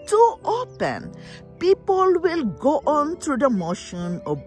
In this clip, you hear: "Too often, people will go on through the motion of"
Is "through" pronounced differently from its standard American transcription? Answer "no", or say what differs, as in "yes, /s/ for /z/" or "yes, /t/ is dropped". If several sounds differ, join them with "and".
yes, /t/ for /θ/